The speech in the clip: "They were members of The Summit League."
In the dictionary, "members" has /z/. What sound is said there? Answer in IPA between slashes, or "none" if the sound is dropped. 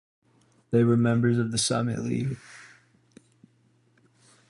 /z/